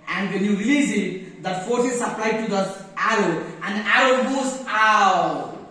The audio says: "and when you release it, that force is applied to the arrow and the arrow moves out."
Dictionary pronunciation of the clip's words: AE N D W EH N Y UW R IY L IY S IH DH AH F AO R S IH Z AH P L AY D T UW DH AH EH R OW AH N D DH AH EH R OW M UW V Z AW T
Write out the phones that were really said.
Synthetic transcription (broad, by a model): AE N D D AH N Y UW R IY L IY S IH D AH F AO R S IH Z AH P L AY D T UW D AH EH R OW AH N D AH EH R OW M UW Z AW